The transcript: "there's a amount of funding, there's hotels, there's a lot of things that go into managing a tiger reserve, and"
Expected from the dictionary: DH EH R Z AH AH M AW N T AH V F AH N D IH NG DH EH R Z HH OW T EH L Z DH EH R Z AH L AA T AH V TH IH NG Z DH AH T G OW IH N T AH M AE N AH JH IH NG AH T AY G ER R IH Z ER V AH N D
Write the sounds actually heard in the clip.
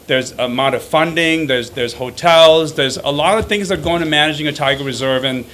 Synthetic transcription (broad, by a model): DH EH R Z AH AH M AW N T AH V F AH N D IH NG DH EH R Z HH OW T EH L Z DH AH R Z AH L AA T AH V TH IH NG Z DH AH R G OW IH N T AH M AE N AH JH IH NG AH T AY G ER R IH Z ER V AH N